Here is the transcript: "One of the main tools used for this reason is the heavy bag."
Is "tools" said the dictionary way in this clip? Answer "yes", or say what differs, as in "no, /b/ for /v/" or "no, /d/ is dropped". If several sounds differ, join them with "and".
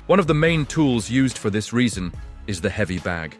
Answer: yes